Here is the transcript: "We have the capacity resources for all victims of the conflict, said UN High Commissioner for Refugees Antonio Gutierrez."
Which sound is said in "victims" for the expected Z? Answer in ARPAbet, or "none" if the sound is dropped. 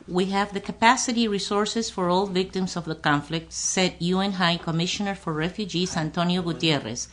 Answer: S